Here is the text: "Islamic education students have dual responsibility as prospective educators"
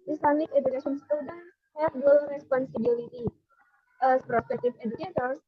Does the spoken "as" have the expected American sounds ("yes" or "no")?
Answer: no